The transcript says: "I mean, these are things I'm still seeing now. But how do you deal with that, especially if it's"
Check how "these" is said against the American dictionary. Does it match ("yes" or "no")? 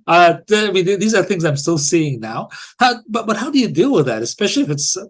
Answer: yes